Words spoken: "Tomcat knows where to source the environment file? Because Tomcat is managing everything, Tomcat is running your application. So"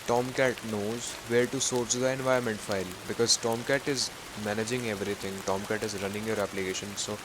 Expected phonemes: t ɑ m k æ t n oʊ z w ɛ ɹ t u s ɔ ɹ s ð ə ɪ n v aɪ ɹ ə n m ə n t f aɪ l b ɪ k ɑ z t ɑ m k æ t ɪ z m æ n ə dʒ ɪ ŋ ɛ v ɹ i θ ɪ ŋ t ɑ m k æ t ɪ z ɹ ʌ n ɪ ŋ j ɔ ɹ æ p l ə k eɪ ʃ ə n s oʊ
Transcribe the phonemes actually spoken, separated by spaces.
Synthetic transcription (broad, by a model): t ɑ m k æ t n oʊ z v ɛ ɹ t u s ɔ ɹ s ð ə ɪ n v aɪ ə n m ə n t f aɪ l b ɪ k ɑ z t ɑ m k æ t ɪ z m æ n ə dʒ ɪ ŋ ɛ v ɹ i t ɪ ŋ t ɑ m k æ t ɪ z ɹ ʌ n ɪ ŋ j ɔ ɹ æ p l ə k eɪ ʃ ə n s oʊ